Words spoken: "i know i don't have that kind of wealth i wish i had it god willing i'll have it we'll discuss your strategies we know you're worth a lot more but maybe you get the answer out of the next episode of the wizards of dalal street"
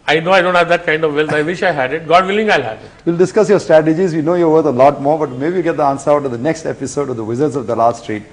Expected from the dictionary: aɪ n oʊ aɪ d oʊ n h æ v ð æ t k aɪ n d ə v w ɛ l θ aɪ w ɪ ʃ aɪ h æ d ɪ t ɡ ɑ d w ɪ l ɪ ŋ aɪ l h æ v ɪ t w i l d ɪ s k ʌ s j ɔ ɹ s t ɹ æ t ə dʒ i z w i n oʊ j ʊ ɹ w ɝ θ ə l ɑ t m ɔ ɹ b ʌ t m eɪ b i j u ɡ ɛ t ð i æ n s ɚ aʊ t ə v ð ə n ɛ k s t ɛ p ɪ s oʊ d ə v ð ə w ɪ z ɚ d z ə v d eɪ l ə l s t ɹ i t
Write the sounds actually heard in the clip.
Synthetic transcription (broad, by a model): aɪ n oʊ aɪ d oʊ n h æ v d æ t k aɪ n d ə v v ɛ l t aɪ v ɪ ʃ aɪ h æ d ɪ t ɡ ɑ d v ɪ l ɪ ŋ aɪ l h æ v ɪ t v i l d ɪ s k ʌ s j ɔ ɹ s t ɹ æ t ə dʒ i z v i n oʊ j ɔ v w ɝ t ə l ɑ t m ɔ ɹ b ʌ t m eɪ b i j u ɡ ɛ t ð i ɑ n s ɚ aʊ t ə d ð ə n ɛ k s t ɛ p ɪ s oʊ d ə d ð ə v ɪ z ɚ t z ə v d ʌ l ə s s t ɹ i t